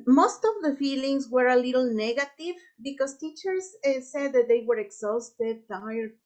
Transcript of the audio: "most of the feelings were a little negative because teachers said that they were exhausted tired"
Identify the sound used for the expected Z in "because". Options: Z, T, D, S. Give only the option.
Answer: S